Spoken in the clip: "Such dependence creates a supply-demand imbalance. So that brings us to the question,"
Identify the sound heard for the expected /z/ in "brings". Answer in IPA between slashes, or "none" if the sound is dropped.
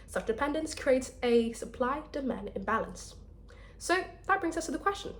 /z/